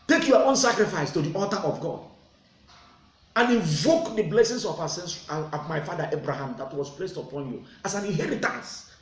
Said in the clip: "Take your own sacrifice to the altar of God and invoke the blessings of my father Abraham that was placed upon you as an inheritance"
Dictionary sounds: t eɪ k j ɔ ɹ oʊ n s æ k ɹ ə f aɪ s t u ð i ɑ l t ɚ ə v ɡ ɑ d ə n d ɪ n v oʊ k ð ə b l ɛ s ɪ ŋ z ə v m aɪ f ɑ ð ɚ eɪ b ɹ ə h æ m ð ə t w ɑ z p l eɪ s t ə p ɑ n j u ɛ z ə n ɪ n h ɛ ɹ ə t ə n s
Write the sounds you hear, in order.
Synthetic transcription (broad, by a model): t eɪ k j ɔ oʊ n s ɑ k ɹ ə f aɪ s t u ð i ɑ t t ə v ɡ ɑ d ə n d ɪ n v oʊ k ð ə b l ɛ s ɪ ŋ s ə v m aɪ f ɑ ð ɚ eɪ b ɹ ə h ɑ m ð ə t w ɑ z p l eɪ s t ə p ɑ n j u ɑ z ə n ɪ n h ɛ ɹ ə t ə n s